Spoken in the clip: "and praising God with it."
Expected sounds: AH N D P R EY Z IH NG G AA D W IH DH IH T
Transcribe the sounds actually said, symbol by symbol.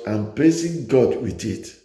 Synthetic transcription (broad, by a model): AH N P L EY S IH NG G AA D W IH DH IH T